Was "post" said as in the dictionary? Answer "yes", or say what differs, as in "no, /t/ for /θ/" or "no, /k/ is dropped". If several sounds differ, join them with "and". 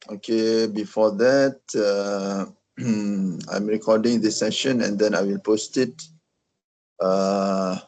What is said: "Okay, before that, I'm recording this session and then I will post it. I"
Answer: yes